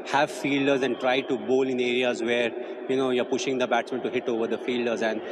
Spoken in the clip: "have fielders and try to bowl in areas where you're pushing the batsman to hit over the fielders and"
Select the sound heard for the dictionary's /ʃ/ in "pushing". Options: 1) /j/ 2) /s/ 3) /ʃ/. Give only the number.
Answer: 3